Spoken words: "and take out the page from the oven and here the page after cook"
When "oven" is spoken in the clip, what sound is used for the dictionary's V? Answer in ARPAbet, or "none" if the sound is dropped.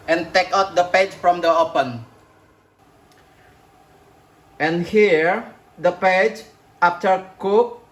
P